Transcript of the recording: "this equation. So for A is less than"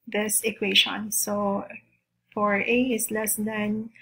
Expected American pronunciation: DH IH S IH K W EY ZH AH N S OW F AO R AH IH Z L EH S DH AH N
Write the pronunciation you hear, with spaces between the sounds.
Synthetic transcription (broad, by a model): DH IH S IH K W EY SH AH N S OW F AO R AH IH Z L EH S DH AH N